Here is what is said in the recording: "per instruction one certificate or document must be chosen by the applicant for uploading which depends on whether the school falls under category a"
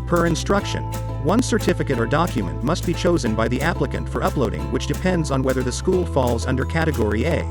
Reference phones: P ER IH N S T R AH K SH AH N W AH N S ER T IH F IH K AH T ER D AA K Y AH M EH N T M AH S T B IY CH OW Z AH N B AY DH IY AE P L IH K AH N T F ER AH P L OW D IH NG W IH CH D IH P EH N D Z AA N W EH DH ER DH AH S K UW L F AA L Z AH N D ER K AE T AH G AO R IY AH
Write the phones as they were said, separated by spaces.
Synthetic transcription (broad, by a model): P ER IH N S T R AH K SH AH N W AH N S ER T IH F IH K AH T ER D AA K Y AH M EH N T M AH S T B IY CH OW Z AH N B AY DH IY AE P L IH K AH N T F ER AH P L OW D IH NG W IH CH D IH P EH N D Z N W EH DH ER DH AH S K UW L F AA L Z AH N D ER K AE T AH G AO R IY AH